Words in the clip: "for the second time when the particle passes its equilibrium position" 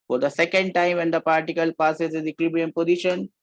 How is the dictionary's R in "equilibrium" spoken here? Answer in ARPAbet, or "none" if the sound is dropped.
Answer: none